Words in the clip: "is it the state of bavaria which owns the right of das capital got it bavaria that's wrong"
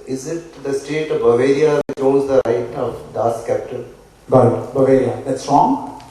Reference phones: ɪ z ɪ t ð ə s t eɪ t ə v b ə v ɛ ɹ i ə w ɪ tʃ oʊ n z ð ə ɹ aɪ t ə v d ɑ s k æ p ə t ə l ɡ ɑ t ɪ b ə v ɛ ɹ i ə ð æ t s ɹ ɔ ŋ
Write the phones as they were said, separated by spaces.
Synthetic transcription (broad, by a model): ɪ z ɪ t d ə s t eɪ t ə v b ə v ɛ ɹ i ə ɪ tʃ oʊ z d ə ɹ aɪ t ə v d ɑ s k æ p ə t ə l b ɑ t b ə v ɛ ɹ i ə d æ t s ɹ ɔ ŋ